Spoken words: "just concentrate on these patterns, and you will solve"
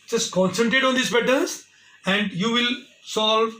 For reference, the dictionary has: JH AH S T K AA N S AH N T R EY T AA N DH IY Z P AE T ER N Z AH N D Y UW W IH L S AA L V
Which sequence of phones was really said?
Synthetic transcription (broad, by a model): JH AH S T K AA N S AH N T R EY T AA N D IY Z B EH T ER Z AH N D Y UW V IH L S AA L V